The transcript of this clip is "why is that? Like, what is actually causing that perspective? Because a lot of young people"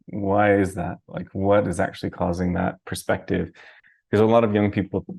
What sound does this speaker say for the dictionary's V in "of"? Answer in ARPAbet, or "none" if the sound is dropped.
V